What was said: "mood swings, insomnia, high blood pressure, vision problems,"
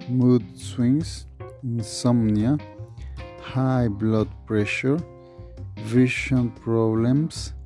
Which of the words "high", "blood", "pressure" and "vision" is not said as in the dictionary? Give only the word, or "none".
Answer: vision